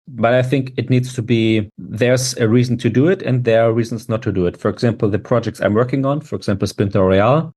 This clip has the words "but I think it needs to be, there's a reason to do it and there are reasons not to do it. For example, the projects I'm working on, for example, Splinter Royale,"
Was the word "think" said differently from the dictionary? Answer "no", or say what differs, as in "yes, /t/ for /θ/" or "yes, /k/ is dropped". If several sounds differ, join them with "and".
no